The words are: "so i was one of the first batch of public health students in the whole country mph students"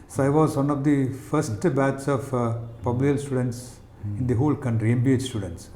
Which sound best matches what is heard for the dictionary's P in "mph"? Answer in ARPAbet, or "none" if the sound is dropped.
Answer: B